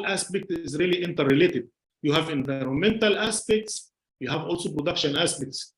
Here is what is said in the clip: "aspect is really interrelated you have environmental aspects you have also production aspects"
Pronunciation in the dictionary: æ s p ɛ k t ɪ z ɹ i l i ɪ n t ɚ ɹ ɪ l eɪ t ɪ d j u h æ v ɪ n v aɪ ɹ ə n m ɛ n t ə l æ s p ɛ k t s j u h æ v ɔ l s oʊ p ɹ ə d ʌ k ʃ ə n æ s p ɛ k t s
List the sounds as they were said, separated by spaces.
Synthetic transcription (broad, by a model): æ s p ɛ k t ɪ z ɹ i l i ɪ n t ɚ ɹ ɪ l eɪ t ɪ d j u h æ v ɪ n v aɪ ɹ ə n m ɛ n t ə l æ s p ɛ k t s j u h æ v ɔ l s oʊ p ɹ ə d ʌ k ʃ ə n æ s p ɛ k t s